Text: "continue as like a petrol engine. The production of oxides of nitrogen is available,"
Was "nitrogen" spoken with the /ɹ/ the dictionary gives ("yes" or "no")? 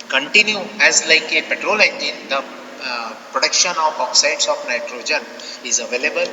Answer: yes